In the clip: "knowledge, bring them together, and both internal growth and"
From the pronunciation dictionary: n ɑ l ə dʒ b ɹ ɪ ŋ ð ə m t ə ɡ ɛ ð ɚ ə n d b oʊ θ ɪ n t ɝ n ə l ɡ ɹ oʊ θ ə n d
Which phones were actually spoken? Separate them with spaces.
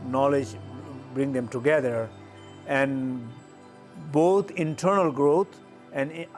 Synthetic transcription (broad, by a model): n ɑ l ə dʒ b ɹ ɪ ŋ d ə m t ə ɡ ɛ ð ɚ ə n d b oʊ t ɪ n t ɝ n ə l ɡ ɹ oʊ t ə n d